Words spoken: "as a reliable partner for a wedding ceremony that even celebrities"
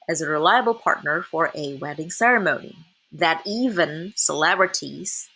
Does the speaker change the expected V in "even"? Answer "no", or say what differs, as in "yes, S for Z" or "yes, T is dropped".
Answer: no